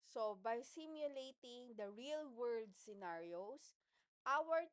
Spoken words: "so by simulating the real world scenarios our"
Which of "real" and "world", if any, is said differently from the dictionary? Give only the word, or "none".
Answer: none